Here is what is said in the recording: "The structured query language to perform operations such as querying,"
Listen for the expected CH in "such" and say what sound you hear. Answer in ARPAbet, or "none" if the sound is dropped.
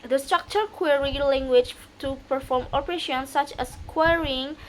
CH